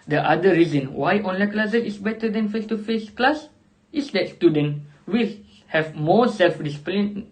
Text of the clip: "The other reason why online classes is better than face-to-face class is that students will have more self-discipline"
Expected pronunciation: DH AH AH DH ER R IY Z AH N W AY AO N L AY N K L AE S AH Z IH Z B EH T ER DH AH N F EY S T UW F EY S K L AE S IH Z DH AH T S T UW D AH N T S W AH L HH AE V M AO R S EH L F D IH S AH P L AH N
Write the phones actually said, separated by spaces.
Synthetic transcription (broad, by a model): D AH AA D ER R IY Z AH N W AY AO N L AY K L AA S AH S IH S B EH T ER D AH N F EY S T UW F EY S K L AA S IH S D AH T S T UW D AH N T W AH L HH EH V M AO S EH L F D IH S P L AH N